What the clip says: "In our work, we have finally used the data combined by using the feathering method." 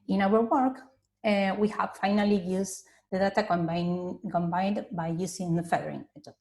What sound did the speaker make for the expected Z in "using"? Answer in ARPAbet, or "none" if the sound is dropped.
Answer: S